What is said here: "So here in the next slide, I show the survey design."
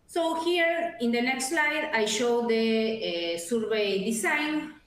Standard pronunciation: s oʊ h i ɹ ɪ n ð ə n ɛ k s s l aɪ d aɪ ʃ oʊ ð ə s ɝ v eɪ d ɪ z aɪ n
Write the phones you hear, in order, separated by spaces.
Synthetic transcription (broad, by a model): s oʊ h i ɹ ɪ n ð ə n ɛ k s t l aɪ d aɪ ʃ oʊ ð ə s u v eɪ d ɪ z aɪ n